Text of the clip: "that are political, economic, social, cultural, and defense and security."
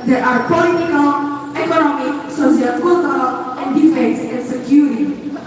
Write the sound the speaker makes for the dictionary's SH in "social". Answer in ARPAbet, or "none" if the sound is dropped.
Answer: S